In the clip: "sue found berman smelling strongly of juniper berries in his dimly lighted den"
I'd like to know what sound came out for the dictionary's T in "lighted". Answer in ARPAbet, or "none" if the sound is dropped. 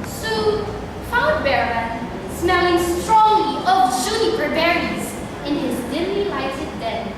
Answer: S